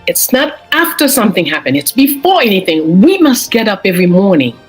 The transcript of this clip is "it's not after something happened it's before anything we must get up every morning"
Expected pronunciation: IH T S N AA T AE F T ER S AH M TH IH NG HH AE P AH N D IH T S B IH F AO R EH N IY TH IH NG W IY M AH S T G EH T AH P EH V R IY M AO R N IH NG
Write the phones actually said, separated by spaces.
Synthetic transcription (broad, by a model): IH T S N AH T AE F T ER S AH M TH IH NG HH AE P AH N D IH T S B IH F AO R EH N IY TH IH NG W IY M AH S T G EH T AH P EH V R IY M AO R N IH NG